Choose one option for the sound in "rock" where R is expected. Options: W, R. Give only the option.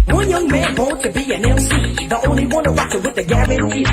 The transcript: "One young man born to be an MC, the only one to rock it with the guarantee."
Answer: W